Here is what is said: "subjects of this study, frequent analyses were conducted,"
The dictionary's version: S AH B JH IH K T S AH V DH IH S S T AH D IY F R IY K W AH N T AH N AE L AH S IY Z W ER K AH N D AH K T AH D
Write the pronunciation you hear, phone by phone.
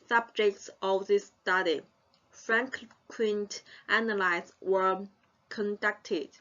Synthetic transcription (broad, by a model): S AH B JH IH K T S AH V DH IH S S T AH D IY F R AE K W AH N T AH N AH L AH IH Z W ER K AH N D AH K T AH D